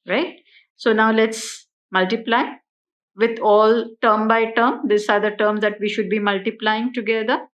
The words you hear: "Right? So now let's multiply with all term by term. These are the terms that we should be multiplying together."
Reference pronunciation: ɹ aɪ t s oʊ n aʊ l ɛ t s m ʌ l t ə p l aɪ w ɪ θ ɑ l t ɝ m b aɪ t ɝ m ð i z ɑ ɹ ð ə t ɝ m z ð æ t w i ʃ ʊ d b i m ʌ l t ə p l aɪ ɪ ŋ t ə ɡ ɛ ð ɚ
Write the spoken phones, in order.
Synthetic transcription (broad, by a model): ɹ aɪ t s oʊ n aʊ l ɛ t s m ʌ l t ə p l aɪ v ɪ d ɑ l t ɝ m b aɪ t ɝ m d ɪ s ɑ ɹ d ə t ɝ m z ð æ t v i ʃ ʊ d b i m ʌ l t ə p l aɪ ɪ ŋ t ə ɡ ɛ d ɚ